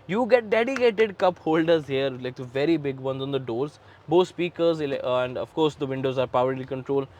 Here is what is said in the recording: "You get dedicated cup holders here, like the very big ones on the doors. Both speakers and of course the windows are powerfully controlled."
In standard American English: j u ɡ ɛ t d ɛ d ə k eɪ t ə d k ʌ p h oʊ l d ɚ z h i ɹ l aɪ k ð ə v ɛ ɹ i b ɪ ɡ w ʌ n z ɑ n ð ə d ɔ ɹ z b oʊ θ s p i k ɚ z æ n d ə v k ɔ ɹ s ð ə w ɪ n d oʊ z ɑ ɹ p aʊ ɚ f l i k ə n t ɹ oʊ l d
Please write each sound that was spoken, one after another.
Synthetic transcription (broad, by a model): j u ɡ ɛ t d ɛ d ə k eɪ t ə d k ʌ p h oʊ l d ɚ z h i ɹ l aɪ k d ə v ɛ ɹ i b ɪ ɡ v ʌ n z ɑ n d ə d ɔ ɹ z b oʊ t s p i k ɚ z æ n d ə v k ɔ ɹ s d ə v ɪ n d oʊ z ɑ ɹ p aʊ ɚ l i k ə n t ɹ oʊ l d